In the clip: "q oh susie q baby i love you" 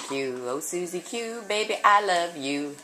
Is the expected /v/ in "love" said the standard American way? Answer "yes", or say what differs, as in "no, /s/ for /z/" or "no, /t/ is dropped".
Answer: yes